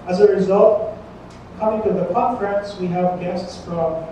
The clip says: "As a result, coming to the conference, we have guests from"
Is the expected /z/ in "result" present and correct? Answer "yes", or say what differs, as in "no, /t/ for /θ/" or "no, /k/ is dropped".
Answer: yes